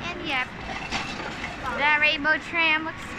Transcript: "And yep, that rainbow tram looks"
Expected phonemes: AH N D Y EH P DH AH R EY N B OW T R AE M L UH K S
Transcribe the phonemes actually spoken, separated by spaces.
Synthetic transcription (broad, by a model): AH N Y EH P DH AH R EY B OW T R AE M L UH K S